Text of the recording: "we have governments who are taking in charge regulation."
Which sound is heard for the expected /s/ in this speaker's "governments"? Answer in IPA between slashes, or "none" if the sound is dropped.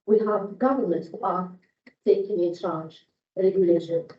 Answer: none